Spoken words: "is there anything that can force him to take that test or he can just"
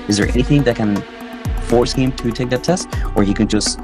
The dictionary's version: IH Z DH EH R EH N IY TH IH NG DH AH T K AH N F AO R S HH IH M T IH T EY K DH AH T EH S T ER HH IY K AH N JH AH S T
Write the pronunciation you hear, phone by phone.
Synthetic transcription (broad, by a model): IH Z DH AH R EH N IY TH IH NG DH AH T K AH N F AO R S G IH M T IH T EY K DH AH T EH S T ER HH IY K AH N JH AH S T